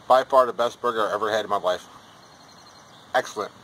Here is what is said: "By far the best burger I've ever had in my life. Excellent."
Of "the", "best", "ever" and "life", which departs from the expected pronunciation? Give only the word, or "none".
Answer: none